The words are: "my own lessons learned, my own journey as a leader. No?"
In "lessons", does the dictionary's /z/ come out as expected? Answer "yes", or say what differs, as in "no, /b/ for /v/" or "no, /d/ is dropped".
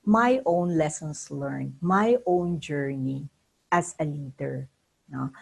no, /s/ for /z/